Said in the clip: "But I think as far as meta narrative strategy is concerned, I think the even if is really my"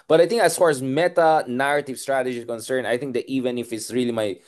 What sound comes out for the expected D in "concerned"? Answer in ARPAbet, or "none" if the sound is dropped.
none